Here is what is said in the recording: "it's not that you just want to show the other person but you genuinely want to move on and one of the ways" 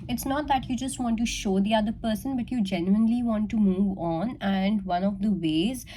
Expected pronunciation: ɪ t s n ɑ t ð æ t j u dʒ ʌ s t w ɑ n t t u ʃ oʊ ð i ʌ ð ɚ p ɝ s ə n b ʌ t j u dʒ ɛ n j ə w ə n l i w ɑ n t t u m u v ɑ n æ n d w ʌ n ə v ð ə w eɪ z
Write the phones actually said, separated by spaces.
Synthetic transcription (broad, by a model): ɪ t s n ɑ t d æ t j u dʒ ʌ s t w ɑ n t t u ʃ oʊ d i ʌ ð ɚ p ɝ s ə n b ʌ t j u dʒ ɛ n j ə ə n l i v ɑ n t t u m u v ɑ n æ n d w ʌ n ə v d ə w eɪ z